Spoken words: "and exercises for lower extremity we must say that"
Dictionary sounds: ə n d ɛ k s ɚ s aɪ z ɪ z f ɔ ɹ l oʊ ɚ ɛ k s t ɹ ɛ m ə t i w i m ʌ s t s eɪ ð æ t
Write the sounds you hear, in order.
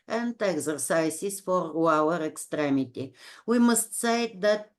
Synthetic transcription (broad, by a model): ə n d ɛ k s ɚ s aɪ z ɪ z f ɔ ɹ w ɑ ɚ ɛ k s t ɹ ɛ m ə t i w i m ʌ s t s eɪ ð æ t